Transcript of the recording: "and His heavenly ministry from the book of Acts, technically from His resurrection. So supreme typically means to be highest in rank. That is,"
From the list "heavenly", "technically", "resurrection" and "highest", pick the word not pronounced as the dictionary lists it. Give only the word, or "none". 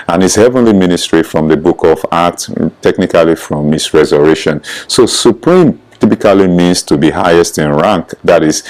resurrection